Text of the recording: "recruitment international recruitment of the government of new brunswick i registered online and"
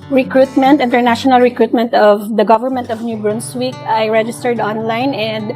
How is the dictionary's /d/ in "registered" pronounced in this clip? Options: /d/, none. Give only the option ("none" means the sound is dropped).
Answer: /d/